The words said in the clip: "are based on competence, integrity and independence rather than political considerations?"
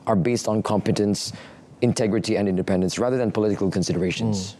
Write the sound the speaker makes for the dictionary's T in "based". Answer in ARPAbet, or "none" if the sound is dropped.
T